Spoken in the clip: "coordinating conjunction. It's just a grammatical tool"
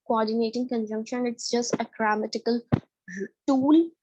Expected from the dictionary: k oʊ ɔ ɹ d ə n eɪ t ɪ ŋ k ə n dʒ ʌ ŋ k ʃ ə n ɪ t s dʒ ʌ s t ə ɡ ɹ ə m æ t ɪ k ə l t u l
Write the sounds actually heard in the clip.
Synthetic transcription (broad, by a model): k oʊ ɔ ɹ d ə n eɪ t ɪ ŋ k ə n dʒ ʌ ŋ k ʃ ə n ɪ t s dʒ ʌ s t ə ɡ ɹ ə m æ t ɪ k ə l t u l